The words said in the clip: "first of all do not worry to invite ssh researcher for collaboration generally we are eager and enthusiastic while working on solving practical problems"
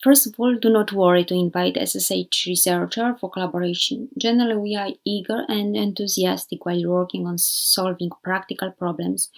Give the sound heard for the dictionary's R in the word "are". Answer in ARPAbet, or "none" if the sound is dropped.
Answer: R